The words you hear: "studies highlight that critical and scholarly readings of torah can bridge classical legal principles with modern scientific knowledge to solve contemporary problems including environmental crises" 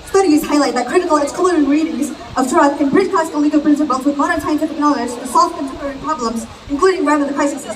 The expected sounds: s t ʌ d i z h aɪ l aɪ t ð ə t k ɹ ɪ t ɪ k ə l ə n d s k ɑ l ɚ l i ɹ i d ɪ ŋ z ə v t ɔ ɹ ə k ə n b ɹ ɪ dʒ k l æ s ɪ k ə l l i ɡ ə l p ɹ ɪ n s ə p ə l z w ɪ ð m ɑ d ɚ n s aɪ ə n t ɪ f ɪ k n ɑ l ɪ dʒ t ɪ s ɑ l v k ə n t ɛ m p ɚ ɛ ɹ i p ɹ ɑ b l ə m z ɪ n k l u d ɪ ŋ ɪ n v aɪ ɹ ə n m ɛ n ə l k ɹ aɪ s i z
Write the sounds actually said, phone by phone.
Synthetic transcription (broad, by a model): s t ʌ d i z h aɪ l aɪ t ð ə t k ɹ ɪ t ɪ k l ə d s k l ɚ i ɹ i d ɪ ŋ z ə v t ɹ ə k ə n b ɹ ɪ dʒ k æ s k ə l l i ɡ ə p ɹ ɪ n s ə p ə l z w ɪ ð m ɑ d ɚ n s aɪ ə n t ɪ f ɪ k n ɑ l ɪ dʒ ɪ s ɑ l f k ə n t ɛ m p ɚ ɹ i p ɹ ɑ b l ə m z ɪ n k l u d ɪ ŋ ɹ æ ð ə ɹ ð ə k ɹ aɪ s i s